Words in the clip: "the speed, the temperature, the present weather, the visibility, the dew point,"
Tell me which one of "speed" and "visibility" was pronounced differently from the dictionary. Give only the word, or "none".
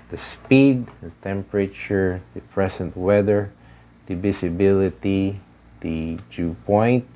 visibility